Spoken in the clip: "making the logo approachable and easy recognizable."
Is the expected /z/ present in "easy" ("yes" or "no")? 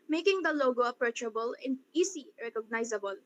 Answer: no